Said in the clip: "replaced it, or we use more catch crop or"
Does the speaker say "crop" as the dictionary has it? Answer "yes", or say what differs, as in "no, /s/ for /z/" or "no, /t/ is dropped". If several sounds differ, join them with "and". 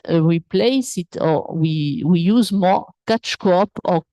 no, /ɹ/ is dropped